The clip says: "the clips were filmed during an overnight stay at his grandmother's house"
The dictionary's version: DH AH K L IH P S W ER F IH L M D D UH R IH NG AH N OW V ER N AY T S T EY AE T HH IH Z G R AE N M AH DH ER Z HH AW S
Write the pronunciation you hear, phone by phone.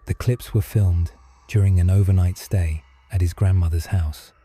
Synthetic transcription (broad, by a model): DH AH K L IH P S W ER F IH L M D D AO R IH NG AH N OW V ER N AY T S T EY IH T HH IH Z G R AE N M AH DH ER Z HH AW S